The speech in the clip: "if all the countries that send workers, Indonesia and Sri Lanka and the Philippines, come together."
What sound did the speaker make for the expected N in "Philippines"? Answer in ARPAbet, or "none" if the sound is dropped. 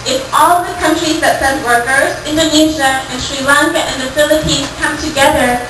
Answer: none